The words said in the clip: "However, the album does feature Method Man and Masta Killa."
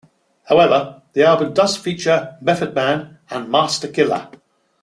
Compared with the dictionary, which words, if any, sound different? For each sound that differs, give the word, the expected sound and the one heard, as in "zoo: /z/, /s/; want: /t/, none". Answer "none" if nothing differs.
method: /θ/, /f/